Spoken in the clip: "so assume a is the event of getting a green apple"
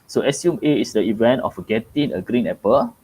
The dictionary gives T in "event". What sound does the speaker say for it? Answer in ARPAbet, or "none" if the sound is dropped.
T